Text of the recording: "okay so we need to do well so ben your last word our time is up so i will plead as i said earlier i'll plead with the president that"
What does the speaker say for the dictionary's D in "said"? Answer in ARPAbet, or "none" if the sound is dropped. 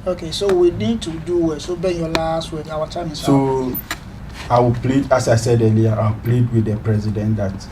D